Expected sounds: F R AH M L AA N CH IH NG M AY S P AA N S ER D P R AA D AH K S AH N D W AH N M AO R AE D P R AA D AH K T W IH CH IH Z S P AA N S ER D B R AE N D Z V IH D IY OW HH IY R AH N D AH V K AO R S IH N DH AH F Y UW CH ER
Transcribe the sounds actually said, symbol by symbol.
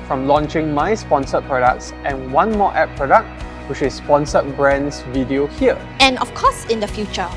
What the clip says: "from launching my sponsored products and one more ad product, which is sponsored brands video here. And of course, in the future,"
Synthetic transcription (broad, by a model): F R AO M L AA N CH IH NG M AY S P AA N S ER P R AA D AH K S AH N W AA N M AO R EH P R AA D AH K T W IH CH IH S P AA N S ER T B R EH N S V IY D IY OW HH IY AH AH N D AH F K AO S IH N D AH F Y UW CH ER